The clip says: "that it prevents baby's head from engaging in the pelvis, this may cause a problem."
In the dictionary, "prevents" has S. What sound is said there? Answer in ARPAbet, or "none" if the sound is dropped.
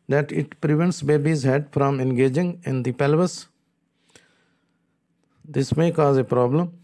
S